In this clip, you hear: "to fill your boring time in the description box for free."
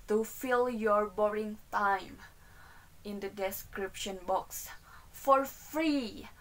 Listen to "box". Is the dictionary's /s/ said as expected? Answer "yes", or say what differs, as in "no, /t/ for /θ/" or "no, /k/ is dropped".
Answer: yes